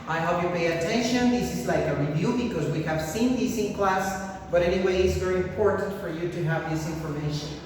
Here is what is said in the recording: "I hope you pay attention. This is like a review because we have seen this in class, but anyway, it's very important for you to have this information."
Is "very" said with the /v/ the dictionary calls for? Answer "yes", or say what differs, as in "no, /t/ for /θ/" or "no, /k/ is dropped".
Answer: yes